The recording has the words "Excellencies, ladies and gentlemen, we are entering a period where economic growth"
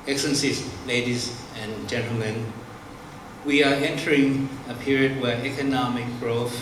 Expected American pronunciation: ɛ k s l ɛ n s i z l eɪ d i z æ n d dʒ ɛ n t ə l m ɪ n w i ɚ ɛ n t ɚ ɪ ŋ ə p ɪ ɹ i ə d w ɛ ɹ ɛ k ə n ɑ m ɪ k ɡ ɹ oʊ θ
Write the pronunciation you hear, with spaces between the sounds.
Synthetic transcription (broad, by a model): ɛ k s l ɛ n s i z l eɪ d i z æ n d dʒ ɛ n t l m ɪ n w i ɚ ɛ n t ɚ ɪ ŋ ə p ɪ ɹ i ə d w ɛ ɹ ɛ k ə n ɑ m ɪ k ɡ ɹ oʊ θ